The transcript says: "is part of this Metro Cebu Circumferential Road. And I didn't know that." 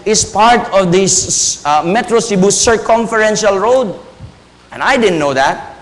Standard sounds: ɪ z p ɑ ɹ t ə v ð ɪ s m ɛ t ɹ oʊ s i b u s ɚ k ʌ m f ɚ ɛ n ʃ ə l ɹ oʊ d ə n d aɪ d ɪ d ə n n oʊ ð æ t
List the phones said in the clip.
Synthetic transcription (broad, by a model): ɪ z p ɑ ɹ t ə v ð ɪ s m ɛ t ɹ oʊ s i b u s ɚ k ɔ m f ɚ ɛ n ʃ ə l ɹ oʊ d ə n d aɪ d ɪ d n n oʊ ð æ t